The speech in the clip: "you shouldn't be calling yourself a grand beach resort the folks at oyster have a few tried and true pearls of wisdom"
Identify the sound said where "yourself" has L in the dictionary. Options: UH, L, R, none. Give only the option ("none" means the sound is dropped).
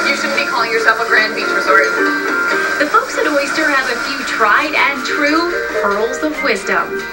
none